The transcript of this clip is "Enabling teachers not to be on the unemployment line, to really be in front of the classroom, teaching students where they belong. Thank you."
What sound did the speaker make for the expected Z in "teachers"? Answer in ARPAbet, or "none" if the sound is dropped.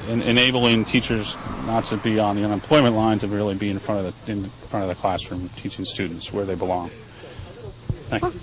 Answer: Z